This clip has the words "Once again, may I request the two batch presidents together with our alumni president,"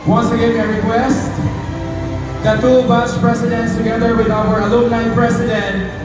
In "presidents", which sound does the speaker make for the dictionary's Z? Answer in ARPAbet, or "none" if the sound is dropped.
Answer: S